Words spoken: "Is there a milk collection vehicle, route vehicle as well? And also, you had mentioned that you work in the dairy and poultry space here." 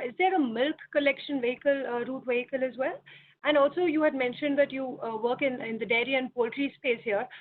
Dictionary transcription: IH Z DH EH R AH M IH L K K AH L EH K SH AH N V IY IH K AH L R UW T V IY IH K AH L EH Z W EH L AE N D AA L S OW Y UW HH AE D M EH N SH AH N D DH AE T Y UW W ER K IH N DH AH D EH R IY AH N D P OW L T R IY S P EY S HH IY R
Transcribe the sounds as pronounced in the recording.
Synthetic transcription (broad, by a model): IH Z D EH R AH M IH L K K AH L EH K SH AH N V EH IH K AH L R UW T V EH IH K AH L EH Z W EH L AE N D AA L S OW Y UW HH AE D M EH N SH AH N D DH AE T Y UW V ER K IH N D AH D EH R IY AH N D P OW L T R IY S P EY S HH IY R